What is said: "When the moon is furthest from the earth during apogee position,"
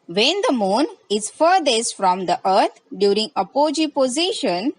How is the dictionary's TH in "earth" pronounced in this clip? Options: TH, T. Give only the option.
T